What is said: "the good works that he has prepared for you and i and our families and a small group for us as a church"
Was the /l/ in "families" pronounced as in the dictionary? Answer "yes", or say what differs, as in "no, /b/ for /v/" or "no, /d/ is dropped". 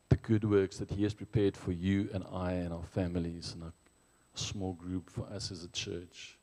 yes